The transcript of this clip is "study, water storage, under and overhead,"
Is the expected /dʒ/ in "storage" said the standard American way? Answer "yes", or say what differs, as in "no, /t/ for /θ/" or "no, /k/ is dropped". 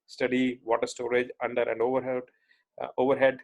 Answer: yes